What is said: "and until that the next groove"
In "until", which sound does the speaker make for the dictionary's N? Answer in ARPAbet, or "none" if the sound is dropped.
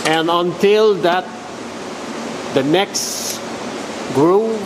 N